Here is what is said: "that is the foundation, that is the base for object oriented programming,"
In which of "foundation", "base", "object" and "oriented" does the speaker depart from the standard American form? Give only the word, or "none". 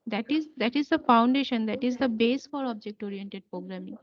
none